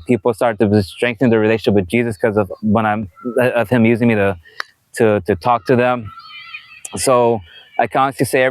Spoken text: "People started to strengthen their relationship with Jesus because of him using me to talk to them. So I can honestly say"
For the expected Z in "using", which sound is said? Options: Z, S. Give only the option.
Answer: Z